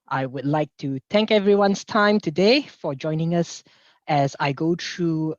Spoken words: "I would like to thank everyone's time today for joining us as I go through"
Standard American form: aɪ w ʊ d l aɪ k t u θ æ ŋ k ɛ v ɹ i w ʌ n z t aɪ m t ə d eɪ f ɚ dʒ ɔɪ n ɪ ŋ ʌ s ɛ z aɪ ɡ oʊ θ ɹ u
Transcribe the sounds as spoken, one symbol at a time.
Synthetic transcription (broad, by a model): aɪ w ʊ d l aɪ k t u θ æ ŋ k ɛ v ɹ i w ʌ n s t aɪ m t ə d eɪ f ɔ dʒ ɔɪ n ɪ ŋ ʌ s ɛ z aɪ ɡ oʊ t ɹ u